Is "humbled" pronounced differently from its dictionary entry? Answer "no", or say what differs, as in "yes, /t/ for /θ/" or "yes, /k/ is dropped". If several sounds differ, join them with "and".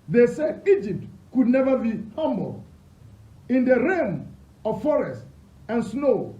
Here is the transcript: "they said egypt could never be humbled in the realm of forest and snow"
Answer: yes, /d/ is dropped